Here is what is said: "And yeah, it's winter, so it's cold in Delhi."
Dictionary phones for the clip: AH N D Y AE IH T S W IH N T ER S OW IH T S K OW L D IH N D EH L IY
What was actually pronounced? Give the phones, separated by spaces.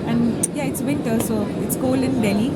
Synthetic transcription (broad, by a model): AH N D Y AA IH T S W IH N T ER S OW IH T S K OW L IH N D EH L IY